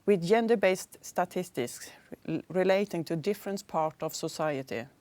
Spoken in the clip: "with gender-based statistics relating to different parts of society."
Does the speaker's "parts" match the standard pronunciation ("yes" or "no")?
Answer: no